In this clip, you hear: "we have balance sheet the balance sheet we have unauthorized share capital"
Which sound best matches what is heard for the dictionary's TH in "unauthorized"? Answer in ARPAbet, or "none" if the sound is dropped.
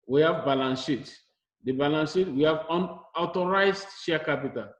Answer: T